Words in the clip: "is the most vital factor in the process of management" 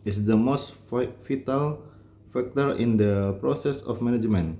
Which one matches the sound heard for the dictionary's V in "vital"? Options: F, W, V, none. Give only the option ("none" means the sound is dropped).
F